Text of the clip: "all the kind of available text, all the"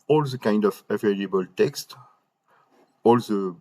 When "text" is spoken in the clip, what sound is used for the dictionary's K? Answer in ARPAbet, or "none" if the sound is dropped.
K